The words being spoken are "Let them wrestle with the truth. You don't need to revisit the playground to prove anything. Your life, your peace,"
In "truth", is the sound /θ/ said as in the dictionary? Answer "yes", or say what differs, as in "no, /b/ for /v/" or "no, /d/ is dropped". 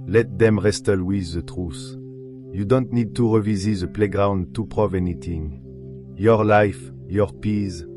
no, /s/ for /θ/